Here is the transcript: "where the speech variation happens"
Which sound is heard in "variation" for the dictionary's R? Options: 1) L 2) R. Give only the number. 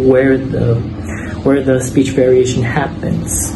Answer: 2